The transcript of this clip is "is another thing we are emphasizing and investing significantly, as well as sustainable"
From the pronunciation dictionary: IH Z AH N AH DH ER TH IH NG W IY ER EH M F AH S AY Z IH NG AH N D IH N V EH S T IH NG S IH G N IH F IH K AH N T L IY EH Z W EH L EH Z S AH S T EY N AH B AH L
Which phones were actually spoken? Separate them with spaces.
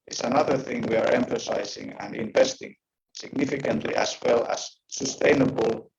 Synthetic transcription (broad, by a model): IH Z AH N AH DH ER TH IH NG W IY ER EH M F AH S AY Z IH NG AH N D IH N V EH S T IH NG S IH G N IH F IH K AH N T L IY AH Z W EH L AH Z S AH S T EY N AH B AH L